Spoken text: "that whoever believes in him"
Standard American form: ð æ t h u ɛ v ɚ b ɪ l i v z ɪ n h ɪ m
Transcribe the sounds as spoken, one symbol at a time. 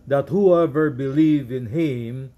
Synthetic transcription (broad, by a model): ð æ t h u ɛ v ɚ b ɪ l i v ɪ n h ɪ m